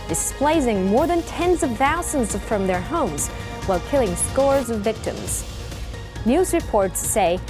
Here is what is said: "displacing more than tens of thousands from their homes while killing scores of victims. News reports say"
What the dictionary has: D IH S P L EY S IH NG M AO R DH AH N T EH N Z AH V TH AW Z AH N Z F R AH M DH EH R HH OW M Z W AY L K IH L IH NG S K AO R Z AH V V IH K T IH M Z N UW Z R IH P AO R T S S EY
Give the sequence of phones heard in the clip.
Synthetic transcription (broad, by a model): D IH S P L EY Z IH NG M AO R DH AH N T EH N Z AH V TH AW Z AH N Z F R AH M DH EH R HH OW M Z W AY L K IH L IH NG S K AO R Z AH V V IH K T IH M Z N UW Z R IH P AO R T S S EY